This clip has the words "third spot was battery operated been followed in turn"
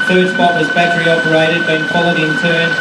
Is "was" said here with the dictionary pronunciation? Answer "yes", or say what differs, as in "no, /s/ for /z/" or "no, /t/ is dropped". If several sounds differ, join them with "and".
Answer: yes